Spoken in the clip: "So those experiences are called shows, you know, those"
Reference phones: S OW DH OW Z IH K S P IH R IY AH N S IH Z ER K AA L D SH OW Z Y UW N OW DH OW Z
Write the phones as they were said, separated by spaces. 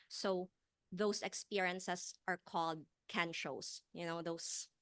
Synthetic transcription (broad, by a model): S OW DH OW S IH K S P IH R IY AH N S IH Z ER K AA L D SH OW S Y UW N OW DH OW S